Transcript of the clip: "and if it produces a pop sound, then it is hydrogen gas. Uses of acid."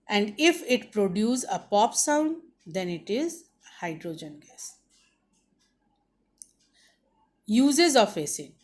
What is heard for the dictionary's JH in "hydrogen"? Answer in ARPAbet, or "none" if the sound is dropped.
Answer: JH